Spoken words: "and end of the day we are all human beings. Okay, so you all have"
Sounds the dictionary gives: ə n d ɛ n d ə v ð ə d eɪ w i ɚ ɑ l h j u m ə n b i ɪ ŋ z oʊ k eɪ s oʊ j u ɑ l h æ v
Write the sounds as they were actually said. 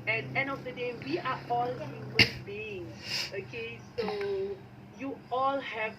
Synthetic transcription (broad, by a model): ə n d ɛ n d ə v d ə d eɪ w i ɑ ɑ l h j u m ə n b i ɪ ŋ oʊ k eɪ s oʊ j u ɑ l h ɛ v